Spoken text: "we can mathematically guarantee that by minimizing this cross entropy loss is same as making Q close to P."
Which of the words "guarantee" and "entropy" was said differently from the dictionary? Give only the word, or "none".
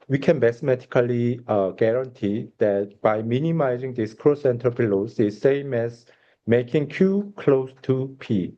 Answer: entropy